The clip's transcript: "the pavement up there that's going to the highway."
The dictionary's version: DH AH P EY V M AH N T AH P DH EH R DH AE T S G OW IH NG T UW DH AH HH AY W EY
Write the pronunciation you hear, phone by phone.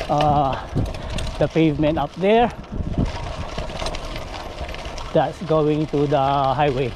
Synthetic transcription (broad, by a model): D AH P EY V M AH N T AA P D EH R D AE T S G OW IH NG T UW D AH HH AY W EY